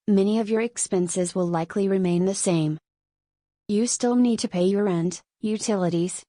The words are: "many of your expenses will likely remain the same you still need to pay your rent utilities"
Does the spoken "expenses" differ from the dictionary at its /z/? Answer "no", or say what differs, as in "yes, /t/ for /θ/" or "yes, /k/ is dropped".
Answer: no